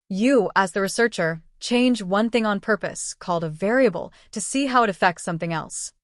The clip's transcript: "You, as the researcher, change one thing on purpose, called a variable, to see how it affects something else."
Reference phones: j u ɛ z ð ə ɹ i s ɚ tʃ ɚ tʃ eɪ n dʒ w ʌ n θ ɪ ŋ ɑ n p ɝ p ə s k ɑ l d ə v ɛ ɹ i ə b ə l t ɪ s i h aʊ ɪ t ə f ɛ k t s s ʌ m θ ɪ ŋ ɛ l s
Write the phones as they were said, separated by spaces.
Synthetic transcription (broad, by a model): j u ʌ z ð ə ɹ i s ɚ tʃ ɚ tʃ eɪ n dʒ w ʌ n θ ɪ ŋ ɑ n p ɝ p ə s k ɑ l d ə v ɛ ɹ i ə b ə l t ɪ s i h aʊ ɪ t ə f ɛ k t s s ʌ m θ ɪ ŋ ɛ l s